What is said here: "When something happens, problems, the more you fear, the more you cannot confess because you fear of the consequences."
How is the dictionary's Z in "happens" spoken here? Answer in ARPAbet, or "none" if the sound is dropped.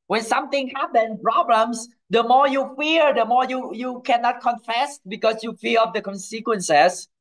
none